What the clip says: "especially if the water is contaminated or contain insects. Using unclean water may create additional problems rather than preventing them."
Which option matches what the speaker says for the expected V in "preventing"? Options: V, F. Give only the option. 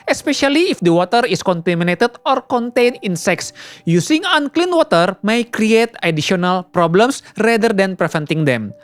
F